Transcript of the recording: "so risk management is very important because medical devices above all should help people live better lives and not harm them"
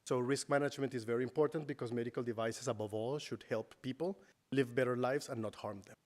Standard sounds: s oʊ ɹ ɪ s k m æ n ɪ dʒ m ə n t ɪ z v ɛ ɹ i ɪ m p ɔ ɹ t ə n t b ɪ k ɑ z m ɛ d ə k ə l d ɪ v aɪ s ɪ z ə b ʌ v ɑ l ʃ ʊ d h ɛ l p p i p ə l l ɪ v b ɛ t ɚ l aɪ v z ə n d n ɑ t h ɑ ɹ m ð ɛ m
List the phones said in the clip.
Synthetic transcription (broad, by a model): s oʊ ɹ ɪ s k m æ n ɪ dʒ m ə n t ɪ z v ɛ ɹ i ɪ m p ɔ ɹ t ə n t b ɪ k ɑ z m ɛ d ə k ə l d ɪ v aɪ s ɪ s ə b ʌ v ɑ l ʃ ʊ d h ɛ l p p i p ə l l ɪ v b ɛ t ɚ l aɪ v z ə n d n ɑ t h ɑ ɹ m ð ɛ m